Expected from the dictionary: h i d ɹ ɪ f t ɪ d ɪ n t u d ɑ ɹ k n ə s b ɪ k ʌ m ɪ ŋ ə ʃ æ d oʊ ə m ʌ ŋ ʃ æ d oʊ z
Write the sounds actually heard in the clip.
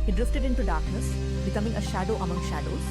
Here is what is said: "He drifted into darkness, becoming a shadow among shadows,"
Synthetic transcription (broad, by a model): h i d ɹ ɪ f t ɪ d ɪ n t u d ɑ ɹ k n ə s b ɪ k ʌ m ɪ ŋ ə ʃ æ d oʊ ə m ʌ ŋ ʃ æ d oʊ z